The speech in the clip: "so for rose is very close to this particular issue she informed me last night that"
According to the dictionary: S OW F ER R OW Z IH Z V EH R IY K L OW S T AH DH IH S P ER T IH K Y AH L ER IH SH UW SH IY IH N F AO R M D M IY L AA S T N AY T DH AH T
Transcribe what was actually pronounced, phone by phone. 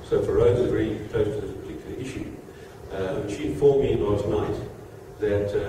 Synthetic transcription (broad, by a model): S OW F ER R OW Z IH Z V EH R IY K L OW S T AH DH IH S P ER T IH K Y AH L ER IH SH UW SH IY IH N F AO R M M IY N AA T N AY T DH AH T